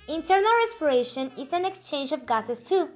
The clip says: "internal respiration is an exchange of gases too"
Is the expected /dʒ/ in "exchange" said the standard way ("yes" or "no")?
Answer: yes